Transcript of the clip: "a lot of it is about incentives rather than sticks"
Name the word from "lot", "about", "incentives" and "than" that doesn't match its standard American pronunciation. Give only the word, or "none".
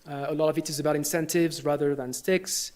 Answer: none